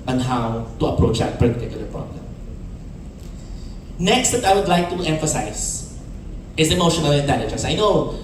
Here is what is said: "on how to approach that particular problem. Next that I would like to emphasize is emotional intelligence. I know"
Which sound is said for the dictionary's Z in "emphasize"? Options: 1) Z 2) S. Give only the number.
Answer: 2